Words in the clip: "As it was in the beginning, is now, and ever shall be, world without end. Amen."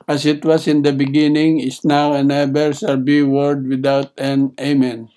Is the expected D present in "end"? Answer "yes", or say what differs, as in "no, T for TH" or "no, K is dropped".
no, D is dropped